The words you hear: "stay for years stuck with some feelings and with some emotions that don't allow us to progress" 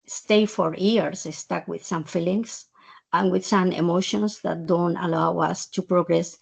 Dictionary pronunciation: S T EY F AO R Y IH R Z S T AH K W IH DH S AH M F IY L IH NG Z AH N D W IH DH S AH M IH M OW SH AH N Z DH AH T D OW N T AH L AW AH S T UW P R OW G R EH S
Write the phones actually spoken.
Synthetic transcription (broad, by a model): S T EY F AO R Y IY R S S T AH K W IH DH S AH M F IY L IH NG S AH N W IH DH S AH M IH M OW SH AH N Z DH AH T D OW N T AH L AW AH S T UW P R OW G R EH S